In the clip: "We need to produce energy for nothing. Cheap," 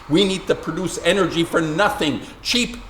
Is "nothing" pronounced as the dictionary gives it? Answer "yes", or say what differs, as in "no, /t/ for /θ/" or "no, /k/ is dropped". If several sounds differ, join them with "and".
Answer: yes